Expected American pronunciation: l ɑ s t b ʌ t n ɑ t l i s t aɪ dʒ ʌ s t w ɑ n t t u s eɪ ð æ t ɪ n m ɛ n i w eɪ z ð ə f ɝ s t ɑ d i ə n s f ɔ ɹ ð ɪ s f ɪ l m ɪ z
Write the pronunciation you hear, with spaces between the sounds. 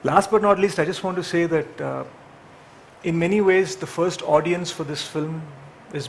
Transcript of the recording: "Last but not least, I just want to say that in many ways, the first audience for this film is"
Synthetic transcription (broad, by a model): l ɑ s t b ʌ t n ɑ t l i s t aɪ dʒ ʌ s t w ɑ n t t u s eɪ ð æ t ɪ n m ɛ n i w eɪ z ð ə f ɝ s t ɑ d i ə n s f ɔ ɹ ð ɪ s f ɪ l m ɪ z